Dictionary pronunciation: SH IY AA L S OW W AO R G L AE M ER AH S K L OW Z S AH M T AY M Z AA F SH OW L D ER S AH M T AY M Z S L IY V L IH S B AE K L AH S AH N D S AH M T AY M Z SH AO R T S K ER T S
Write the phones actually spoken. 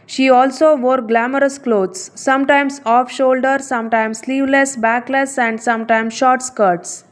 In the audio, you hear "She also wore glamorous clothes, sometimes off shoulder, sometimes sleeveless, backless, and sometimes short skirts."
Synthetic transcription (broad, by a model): SH IY AA L S OW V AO R G L AE M ER AH S K L OW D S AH M T AY M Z AA F SH OW L D ER S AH M T AY M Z S L IY V L IH S B AE K L AH S AH N D S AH M T AY M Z SH AO R T S K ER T S